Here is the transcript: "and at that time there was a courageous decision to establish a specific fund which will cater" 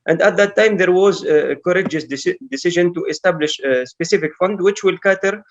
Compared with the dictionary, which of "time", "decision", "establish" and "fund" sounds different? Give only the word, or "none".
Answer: none